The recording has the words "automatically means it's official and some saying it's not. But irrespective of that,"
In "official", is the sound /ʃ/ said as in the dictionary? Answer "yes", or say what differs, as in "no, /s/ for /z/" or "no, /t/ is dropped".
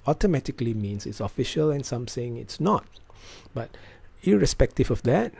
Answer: yes